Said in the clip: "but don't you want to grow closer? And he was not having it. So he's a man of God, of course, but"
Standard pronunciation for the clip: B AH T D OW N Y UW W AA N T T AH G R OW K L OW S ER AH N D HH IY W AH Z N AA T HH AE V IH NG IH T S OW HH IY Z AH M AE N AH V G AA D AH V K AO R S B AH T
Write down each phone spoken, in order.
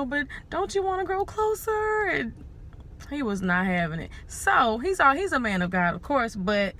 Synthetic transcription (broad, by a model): B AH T D OW N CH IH W AA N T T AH G R OW K L OW S ER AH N HH IY W AH Z N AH T HH AE V IH NG IH T S OW HH IY Z AH M AE N AH V G AA D AH V K AO R S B AH T